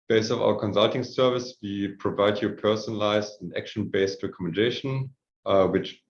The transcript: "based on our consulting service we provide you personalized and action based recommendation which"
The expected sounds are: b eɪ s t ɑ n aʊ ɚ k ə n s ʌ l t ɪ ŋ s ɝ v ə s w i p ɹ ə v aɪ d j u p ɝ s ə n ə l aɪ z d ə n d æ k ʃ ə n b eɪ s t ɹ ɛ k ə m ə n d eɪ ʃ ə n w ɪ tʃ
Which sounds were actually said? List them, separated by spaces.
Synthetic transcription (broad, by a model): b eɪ s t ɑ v aʊ ɚ k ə n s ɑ l t ɪ ŋ s ɝ v ə s w i p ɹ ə v aɪ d j u p ɝ s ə n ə l aɪ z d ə n æ k ʃ ə n b eɪ s t ɹ ɛ k ə m ə n d eɪ ʃ ə n w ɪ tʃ